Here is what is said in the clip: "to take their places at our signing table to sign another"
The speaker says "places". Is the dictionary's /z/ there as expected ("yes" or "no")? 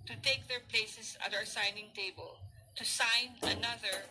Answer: no